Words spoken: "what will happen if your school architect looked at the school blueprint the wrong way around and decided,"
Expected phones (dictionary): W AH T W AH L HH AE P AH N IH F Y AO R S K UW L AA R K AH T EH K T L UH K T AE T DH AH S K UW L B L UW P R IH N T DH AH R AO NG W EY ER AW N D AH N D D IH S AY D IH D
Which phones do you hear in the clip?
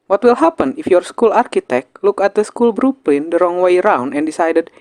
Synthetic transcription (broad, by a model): W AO T W AH L HH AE P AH N IH F Y AO R S K UW L AA R K AH T EH K T L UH K AE T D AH S K UW L B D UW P L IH N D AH R AO NG W EY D AW N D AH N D D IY S AY D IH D